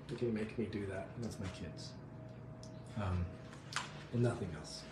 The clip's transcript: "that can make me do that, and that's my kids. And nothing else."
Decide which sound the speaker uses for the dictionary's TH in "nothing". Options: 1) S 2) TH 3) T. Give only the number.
2